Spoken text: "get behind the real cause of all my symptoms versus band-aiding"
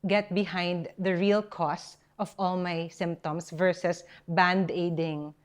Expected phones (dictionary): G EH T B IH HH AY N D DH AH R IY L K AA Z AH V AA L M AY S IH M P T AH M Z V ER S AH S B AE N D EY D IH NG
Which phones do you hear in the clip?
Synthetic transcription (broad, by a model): G EH T B IH HH AY N D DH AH R IY L K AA S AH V AA L M AY S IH M P T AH M S V ER S AH S B AE N D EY D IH NG